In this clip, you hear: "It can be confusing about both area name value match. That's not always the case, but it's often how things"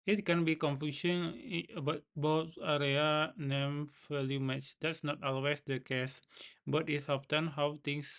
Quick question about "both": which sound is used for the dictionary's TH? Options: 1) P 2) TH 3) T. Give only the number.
3